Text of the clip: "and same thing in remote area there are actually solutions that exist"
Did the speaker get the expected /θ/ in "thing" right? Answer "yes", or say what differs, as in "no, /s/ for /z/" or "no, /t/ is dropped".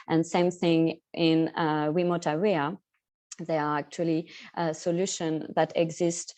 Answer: yes